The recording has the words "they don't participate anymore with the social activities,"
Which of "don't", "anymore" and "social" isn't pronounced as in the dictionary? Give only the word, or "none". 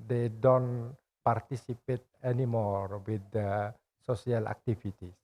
social